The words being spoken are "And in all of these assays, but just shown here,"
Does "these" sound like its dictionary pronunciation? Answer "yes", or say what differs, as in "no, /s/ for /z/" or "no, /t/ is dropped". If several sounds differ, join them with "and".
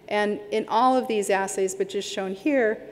yes